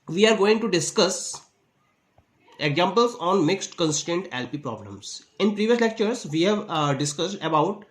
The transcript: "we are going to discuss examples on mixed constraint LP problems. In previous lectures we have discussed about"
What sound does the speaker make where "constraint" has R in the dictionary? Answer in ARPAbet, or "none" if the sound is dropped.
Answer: none